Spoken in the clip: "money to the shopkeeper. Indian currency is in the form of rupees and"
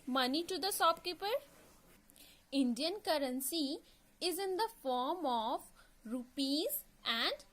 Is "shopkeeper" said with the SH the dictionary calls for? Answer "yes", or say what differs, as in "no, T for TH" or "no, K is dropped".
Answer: no, S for SH